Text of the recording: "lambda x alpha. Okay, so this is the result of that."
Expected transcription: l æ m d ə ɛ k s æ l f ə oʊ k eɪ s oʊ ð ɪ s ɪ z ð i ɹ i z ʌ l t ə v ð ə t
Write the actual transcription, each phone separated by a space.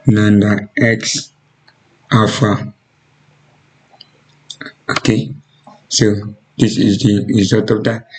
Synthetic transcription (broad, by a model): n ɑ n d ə ɛ k s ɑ f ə oʊ k eɪ s oʊ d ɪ s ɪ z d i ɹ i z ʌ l t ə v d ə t